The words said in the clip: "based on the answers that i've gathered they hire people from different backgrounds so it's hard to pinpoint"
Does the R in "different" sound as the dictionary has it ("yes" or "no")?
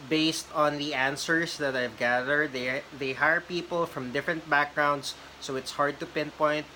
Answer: yes